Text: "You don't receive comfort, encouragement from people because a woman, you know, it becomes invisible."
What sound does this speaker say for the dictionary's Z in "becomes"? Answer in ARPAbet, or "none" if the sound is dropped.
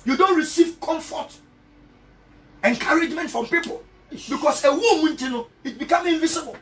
none